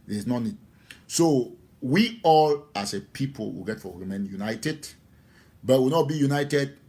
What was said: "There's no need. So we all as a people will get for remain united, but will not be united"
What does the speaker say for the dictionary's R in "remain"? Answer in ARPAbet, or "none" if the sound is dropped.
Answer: W